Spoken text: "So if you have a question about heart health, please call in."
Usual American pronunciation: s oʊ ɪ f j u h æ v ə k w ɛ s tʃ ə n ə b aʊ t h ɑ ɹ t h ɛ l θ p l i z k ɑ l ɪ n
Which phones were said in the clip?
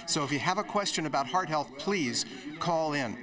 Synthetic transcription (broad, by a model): s oʊ ɪ f j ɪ v ə k w ɛ s tʃ ə n ə b aʊ t h ɑ ɹ t h ɛ l θ p l i z k ɑ l ɪ n